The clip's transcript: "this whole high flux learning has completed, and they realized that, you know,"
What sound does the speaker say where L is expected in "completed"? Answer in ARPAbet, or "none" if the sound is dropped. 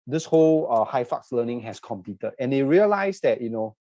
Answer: none